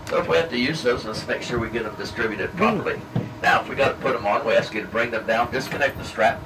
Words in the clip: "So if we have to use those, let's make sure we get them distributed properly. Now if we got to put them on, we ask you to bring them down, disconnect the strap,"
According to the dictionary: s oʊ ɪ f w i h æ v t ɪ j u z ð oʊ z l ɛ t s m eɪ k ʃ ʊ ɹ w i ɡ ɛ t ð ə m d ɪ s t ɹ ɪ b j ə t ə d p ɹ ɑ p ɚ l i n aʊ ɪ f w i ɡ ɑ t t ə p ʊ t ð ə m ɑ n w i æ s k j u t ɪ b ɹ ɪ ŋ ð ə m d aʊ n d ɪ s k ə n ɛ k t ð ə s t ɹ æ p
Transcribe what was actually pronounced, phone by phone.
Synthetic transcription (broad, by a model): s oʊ ɪ f w i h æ f t ɪ j u z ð oʊ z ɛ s m eɪ k ʃ ʊ ɹ w i ɡ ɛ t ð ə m d ɪ s t ɹ ɪ b j ə t ə d p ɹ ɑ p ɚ l i n aʊ ɪ f w i ɡ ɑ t t ə p ʊ t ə m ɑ n w i æ s k j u t ɪ b ɹ ɪ ŋ ð ə m d aʊ n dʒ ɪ s k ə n ɛ k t ð ə s t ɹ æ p